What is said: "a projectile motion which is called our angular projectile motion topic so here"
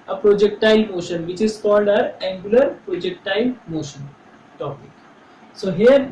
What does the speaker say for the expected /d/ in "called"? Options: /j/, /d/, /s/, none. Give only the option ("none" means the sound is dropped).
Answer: /d/